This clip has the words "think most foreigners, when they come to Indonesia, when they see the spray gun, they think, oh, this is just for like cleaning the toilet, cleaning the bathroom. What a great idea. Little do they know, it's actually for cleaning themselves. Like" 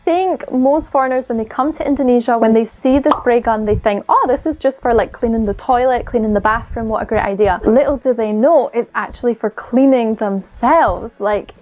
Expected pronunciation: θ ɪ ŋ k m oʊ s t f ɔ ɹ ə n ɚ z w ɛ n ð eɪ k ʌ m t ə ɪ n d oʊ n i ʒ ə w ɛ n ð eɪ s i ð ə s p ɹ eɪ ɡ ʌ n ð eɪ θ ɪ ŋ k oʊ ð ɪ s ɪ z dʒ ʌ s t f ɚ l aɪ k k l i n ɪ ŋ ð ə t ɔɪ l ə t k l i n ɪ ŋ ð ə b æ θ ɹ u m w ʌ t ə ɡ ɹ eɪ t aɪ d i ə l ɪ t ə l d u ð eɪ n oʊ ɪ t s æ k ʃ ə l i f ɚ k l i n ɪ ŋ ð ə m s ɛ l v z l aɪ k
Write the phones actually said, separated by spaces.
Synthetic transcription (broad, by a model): θ ɪ ŋ k m oʊ s t f ɔ ɹ ə n ɚ z w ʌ n ð eɪ k ʌ m t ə ɪ n d oʊ n i ʒ ə w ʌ n ð eɪ s i ð ə s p ɹ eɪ ɡ ʌ n ð eɪ θ ɪ ŋ k oʊ ð ɪ s ɪ z dʒ ʌ s t f ɚ l aɪ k k l i n ɪ ŋ ð ə t ɔɪ l ə t k l i n ɪ ŋ ð ə b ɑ θ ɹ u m w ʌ t ə ɡ ɹ eɪ t aɪ d i ə l ɪ t l d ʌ ð eɪ n oʊ ɪ t s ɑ k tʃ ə l i f ɚ k l i n ɪ ŋ ð ə m s ɛ l v z l aɪ k